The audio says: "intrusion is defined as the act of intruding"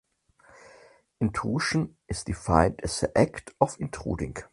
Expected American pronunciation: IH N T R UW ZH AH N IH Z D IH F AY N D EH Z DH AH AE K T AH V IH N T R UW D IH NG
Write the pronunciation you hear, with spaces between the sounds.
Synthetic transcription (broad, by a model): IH N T UW SH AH N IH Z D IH F AY N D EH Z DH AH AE K T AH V IH N T R UW D IH NG